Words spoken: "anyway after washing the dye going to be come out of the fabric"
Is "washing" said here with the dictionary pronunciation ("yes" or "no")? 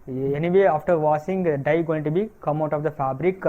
no